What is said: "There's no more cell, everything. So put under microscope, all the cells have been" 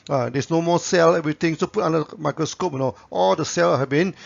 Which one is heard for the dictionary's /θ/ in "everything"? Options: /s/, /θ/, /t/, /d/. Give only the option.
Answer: /t/